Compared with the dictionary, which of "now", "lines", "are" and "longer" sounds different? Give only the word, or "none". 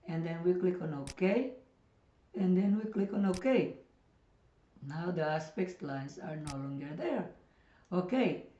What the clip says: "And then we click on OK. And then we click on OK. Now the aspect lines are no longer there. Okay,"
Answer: lines